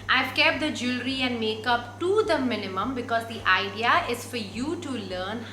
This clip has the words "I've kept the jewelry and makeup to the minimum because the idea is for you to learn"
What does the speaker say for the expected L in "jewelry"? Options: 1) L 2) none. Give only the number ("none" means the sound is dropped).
1